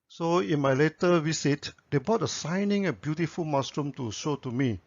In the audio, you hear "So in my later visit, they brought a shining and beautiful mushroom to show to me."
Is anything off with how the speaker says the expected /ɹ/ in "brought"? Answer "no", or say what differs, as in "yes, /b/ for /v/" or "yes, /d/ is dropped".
yes, /ɹ/ is dropped